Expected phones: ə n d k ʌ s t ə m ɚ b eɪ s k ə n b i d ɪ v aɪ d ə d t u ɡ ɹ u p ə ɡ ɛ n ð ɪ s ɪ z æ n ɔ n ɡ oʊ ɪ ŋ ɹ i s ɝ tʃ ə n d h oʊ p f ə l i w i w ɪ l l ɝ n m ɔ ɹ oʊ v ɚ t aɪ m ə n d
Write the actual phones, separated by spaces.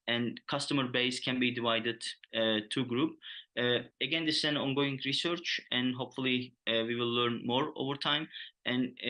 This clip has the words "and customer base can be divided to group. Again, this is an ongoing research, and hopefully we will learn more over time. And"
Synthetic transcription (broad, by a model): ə n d k ʌ s t ə m ɚ b eɪ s k ə n b i d ɪ v aɪ d ə d t u ɡ ɹ u p ə ɡ ɛ n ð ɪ s ɪ z æ n ɔ n ɡ oʊ ɪ ŋ ɹ i s ɝ tʃ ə n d h oʊ p f ə l i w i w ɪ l l ɝ n m ɔ ɹ oʊ v ɚ t aɪ m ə n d